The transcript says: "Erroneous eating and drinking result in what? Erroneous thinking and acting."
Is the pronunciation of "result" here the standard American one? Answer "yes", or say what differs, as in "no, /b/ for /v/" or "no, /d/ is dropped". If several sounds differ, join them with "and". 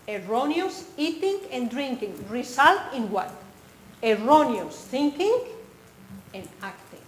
no, /s/ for /z/